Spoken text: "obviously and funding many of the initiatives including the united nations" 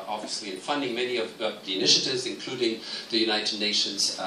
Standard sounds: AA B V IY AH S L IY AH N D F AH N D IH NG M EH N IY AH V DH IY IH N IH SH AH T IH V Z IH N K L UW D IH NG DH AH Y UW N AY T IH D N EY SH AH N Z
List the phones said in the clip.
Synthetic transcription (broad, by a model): AA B V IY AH S L IY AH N F AH N D IH NG M EH N IY AH V DH IY IH N IH SH AH T IH V Z IH N K L UW D IH NG DH AH Y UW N AY T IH D N EY SH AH N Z